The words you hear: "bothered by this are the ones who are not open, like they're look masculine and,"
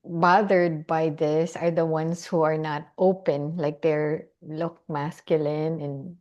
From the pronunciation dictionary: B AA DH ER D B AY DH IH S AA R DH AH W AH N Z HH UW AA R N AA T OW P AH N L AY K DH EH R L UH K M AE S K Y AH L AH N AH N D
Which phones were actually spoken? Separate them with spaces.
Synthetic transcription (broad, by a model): B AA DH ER D B AY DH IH S AA R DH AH W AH N S HH UW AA R N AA T OW P AH N L AY K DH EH R L UH K M AE S K Y AH L AH N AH N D